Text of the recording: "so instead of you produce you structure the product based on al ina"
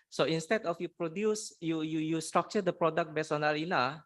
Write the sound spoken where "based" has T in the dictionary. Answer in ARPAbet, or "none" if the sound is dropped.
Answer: none